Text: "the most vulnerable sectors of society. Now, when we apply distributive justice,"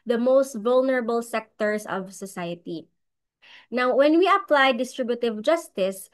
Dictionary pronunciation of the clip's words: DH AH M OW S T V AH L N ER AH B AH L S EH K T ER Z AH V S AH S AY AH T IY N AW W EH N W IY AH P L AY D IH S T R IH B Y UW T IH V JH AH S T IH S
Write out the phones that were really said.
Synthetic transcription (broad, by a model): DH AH M OW S T V AH L N ER AH B AH L S EH K T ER S AH V S AH S AY AH T IY N AW W EH N W IY AH P L AY D IH S T R IH B Y UW T IH V JH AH S T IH S